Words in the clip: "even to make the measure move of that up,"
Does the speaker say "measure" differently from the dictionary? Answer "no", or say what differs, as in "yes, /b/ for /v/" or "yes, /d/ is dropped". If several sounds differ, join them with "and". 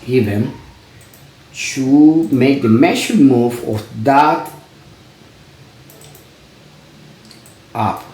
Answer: yes, /ʃ/ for /ʒ/